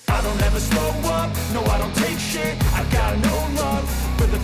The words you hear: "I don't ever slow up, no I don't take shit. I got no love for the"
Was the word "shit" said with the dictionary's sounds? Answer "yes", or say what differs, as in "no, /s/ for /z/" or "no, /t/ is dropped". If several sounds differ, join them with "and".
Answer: no, /t/ is dropped